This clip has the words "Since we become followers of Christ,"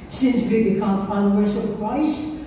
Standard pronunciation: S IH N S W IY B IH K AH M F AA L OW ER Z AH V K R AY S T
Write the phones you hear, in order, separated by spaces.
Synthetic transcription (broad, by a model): S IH N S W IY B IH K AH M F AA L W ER S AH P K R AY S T